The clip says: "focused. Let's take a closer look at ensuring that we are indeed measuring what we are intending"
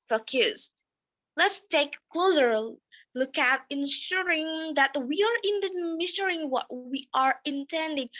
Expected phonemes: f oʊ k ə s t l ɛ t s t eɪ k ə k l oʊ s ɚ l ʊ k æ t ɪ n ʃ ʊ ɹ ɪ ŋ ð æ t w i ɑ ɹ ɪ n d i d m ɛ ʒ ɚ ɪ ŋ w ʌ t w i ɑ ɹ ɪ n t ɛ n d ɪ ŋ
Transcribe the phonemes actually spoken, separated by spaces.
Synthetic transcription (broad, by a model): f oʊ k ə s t l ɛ t s t eɪ ə k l oʊ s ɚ l ʊ k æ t ɪ n ʃ ʊ ɹ ɪ ŋ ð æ t w i ɑ ɹ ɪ n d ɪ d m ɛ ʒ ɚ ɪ ŋ w ʌ t w i ɑ ɹ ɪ n t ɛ n d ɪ ŋ